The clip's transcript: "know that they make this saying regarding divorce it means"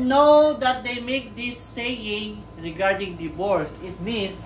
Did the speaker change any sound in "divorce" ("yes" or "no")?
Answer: yes